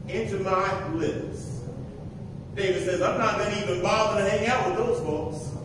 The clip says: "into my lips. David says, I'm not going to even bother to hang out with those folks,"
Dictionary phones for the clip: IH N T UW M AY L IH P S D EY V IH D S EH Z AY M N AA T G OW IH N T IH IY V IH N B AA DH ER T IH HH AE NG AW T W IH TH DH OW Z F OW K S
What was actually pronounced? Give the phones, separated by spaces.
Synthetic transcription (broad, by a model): IH N T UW M AY L IH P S D EY V IH D S EH Z AY M N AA T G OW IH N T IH IY V IH N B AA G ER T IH HH AE NG AW T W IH DH OW Z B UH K S